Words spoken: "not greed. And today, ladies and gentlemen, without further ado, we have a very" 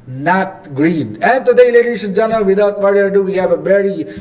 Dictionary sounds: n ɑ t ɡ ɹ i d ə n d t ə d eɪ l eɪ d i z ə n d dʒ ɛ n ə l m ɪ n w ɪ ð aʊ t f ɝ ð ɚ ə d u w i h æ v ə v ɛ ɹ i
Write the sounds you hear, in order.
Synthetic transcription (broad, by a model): n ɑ t ɡ ɹ i d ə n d t ə d eɪ l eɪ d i s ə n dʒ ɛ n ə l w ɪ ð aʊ t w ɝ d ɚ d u w i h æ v ə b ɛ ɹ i